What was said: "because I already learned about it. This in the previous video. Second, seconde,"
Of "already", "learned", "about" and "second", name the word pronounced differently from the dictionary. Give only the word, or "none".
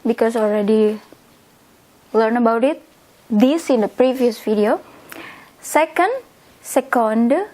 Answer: learned